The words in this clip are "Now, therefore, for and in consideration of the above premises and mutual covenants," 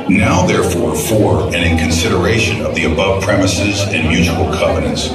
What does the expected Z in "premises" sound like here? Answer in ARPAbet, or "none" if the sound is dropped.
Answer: Z